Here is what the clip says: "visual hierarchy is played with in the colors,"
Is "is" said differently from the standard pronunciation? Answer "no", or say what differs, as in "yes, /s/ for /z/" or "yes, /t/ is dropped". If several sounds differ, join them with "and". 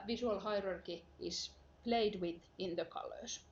yes, /s/ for /z/